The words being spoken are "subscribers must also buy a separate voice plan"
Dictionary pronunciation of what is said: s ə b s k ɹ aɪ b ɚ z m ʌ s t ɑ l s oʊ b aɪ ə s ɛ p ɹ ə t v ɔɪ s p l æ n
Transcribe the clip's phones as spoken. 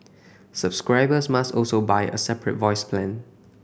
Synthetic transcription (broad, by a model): s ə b s k ɹ aɪ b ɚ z m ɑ s t ɑ l s oʊ b aɪ ə s ɛ p ɹ ə t v ɔɪ s p l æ n